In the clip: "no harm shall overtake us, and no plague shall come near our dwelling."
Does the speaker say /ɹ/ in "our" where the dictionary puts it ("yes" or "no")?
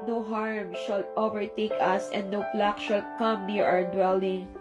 no